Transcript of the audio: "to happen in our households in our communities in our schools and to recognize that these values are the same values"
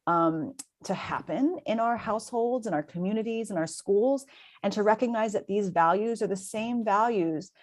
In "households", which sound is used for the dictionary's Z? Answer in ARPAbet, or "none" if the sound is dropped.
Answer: Z